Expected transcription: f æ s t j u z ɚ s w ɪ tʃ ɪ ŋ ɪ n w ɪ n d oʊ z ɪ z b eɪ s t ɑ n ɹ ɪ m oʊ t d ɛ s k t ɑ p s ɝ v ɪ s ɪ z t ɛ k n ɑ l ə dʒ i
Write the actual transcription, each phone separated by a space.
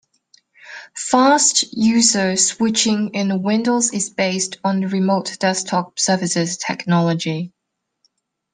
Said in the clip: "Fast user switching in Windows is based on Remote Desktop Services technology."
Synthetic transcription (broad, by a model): f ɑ s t j u z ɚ s w ɪ tʃ ɪ ŋ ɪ n w ɪ n d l z ɪ z b eɪ s t n ɹ ɪ m oʊ t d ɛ s t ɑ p s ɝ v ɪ s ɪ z t ɛ k n ɑ l ə dʒ i